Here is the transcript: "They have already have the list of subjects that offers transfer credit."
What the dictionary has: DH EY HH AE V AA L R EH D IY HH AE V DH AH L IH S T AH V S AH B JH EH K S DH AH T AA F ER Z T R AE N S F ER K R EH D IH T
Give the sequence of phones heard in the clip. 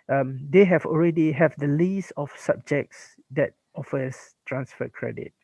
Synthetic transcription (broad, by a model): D EY HH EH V AA L R EH D IY HH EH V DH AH L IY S AH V S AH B JH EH K S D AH T AA F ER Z T R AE N S F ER K R EH D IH T